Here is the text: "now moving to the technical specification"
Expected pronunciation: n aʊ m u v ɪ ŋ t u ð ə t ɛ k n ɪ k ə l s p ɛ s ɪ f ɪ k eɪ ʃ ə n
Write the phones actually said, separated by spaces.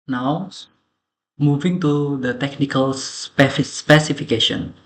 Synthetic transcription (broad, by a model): n aʊ m u v ɪ ŋ t u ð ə t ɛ k n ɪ k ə l s p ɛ s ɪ f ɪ k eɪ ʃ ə n